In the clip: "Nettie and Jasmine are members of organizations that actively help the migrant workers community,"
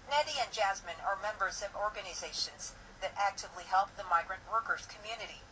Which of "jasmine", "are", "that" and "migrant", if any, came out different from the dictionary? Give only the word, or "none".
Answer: none